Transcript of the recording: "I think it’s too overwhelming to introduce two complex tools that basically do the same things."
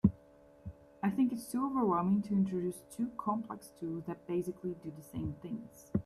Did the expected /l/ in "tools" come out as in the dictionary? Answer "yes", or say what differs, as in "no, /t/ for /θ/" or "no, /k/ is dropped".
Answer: yes